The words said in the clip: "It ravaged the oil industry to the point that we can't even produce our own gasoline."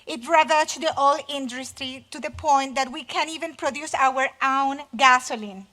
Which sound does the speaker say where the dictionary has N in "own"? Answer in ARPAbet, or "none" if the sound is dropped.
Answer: N